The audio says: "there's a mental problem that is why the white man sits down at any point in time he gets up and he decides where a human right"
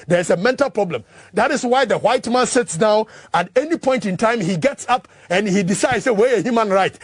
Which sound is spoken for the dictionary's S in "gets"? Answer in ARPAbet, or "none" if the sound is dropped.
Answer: S